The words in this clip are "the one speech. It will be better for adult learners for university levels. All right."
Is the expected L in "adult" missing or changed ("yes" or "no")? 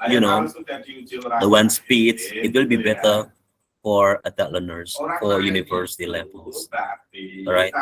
yes